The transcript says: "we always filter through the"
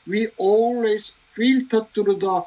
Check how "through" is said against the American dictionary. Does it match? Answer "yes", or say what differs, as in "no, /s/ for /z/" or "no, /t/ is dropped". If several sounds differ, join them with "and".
no, /t/ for /θ/